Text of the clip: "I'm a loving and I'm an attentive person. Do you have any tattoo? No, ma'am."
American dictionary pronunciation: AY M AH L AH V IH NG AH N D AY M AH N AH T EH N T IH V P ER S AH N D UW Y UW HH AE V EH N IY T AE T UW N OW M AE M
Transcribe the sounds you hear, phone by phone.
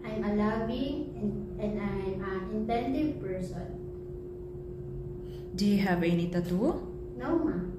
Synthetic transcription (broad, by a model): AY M AH L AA B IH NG AH N D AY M AH N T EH N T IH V P ER S AH N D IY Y HH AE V EH N IY T AE T UW N OW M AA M